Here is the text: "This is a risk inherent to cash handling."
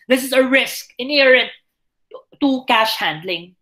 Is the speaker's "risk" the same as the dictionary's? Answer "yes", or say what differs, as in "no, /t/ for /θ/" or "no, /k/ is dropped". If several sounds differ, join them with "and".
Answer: yes